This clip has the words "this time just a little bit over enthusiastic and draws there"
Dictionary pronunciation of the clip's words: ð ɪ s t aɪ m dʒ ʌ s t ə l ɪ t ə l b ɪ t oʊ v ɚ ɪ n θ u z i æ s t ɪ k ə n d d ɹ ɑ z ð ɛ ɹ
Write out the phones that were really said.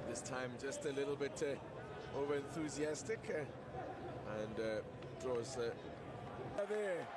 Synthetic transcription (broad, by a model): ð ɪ s t aɪ m dʒ ʌ s t ə l ɪ t l b ɪ t oʊ v ɚ ɪ n θ u z i æ s t ɪ k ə n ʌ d ɹ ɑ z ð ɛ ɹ